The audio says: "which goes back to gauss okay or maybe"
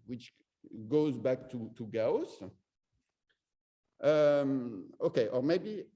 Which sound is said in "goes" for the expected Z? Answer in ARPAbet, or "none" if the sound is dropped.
Z